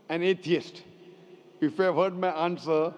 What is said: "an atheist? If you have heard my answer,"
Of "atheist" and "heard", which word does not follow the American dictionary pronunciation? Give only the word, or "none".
atheist